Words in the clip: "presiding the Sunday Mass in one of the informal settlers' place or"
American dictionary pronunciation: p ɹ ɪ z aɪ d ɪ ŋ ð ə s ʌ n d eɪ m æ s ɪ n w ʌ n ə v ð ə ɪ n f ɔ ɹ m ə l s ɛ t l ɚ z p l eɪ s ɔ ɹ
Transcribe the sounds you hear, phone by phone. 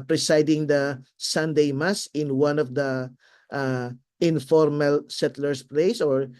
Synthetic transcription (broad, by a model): p ɹ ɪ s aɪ d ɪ ŋ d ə s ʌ n d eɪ m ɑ s ɪ n w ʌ n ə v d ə ɪ n f ɔ ɹ m ə l s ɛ t l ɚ s p l eɪ s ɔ ɹ